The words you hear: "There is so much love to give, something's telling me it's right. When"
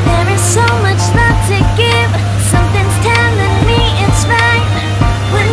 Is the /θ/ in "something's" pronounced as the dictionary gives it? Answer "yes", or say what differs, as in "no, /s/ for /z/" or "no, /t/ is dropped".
yes